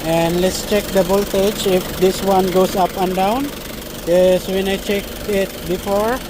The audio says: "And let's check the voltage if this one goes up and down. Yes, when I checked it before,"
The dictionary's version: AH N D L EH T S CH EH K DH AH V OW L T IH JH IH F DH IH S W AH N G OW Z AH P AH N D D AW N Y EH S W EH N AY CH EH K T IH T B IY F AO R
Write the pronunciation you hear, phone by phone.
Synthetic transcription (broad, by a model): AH N D L EH T S CH EH K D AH B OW L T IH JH IH F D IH S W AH N G OW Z AH P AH N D D AW N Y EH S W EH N AY CH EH K IH T B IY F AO R